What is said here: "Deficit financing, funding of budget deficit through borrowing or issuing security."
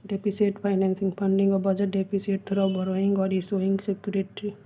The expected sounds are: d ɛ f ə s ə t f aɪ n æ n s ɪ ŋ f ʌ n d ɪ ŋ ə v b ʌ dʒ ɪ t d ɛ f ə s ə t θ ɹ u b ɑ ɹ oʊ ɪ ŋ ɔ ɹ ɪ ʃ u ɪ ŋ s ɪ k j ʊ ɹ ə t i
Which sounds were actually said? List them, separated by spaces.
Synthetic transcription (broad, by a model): d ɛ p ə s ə t p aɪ n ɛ n s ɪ ŋ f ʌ n d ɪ ŋ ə b ʌ dʒ ɪ t d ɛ p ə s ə t t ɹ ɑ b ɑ ɹ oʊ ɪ ŋ ɔ ɹ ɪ s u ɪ ŋ s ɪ k j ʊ ɹ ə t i